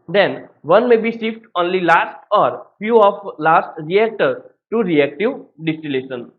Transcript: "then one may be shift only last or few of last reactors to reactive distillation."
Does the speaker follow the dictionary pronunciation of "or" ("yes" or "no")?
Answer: yes